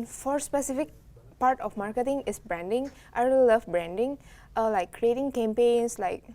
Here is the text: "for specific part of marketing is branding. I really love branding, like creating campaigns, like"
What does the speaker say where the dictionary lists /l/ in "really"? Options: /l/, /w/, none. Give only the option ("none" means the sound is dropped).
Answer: none